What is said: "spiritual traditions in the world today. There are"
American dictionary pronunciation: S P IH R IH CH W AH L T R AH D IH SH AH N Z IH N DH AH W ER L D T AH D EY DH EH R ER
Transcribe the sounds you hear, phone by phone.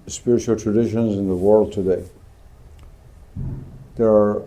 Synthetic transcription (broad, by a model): S P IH R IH CH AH L T R AH D IH SH AH N Z IH N DH AH W ER L D T AH D EY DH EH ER